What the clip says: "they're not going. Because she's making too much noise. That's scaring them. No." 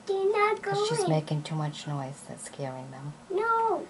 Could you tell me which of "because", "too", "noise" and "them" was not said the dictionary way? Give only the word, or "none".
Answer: because